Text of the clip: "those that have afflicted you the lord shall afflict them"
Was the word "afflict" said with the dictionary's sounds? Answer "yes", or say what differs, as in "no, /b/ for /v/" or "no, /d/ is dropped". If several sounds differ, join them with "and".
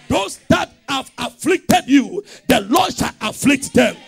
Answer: yes